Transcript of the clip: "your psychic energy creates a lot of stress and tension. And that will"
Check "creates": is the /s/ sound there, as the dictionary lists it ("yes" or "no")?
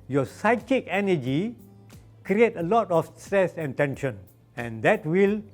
no